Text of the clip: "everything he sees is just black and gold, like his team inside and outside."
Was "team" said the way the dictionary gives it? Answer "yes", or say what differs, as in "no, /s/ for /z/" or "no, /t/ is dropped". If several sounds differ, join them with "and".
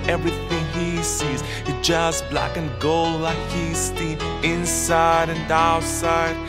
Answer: no, /m/ is dropped